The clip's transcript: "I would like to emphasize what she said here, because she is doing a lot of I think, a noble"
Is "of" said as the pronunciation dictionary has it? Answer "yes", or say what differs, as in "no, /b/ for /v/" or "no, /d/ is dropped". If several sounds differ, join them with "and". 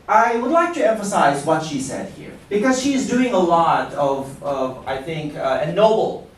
yes